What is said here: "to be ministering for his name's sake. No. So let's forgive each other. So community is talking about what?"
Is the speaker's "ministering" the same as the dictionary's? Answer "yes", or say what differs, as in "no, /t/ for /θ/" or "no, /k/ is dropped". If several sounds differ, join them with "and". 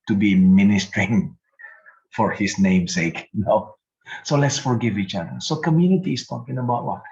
yes